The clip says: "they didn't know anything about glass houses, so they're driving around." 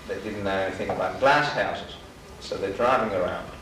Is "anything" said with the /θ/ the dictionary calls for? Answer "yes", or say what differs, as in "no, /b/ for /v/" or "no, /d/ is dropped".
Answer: yes